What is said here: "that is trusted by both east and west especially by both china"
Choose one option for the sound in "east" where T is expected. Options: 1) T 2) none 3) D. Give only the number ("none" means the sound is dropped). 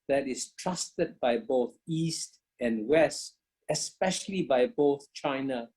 1